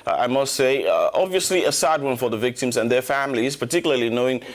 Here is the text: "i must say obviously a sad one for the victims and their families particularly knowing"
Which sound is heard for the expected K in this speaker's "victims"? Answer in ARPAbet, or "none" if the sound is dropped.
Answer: K